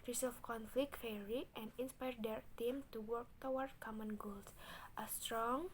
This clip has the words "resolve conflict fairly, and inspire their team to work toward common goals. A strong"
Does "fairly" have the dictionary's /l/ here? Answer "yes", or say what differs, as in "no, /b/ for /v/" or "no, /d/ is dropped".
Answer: no, /l/ is dropped